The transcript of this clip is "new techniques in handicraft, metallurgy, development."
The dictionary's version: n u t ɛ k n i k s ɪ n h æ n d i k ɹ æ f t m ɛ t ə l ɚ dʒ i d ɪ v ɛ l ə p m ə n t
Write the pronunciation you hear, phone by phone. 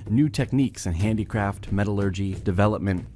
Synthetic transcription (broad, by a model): n u t ɛ k n i k s ɪ n h æ n d i k ɹ æ f t m ɛ t ə l ɚ dʒ i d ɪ v ɛ l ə p m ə n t